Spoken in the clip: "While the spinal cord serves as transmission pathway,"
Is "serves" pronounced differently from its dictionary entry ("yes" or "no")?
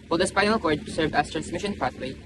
yes